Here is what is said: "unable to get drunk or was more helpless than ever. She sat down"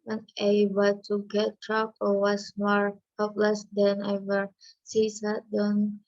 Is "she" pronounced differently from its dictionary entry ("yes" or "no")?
yes